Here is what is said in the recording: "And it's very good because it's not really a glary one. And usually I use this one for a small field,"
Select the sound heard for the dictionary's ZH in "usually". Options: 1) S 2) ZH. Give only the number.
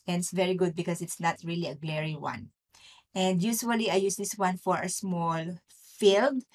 1